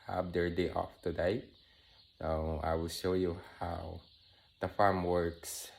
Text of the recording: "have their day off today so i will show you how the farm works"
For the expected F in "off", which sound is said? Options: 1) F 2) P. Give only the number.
1